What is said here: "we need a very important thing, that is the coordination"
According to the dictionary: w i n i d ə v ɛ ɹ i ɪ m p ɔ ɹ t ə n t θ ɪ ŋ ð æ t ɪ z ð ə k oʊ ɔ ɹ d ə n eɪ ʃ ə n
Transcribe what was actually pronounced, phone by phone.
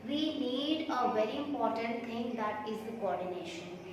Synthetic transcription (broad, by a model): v i n i d ə v ɛ ɹ i ɪ m p ɔ ɹ t ə n t t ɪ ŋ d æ t ɪ z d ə k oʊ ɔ ɹ d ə n eɪ ʃ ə n